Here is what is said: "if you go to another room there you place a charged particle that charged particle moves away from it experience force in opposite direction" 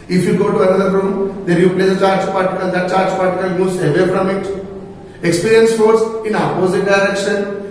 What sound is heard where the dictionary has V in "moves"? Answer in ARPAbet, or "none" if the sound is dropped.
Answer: none